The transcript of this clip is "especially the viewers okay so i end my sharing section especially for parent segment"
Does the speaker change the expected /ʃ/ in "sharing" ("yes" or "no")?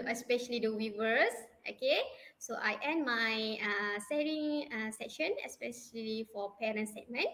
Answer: yes